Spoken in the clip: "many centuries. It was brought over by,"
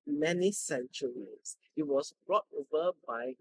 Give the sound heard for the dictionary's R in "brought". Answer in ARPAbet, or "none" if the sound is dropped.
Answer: R